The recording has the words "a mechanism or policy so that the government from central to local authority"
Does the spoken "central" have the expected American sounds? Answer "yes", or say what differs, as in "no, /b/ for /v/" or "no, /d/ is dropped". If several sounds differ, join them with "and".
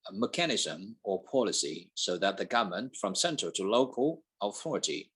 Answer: no, /ɹ/ is dropped